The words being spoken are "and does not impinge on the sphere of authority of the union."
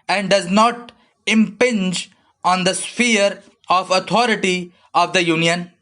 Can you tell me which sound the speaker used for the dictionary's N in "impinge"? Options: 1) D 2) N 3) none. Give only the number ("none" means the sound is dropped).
2